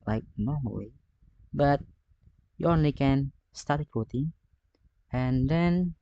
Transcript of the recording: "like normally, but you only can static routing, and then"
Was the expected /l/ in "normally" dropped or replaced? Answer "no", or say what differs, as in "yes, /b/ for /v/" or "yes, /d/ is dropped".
yes, /w/ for /l/